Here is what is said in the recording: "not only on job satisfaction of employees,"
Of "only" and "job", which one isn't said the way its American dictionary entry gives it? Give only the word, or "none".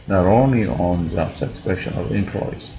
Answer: job